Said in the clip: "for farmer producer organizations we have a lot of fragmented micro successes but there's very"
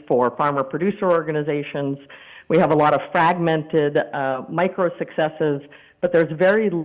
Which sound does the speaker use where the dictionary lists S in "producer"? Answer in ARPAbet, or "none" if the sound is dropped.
S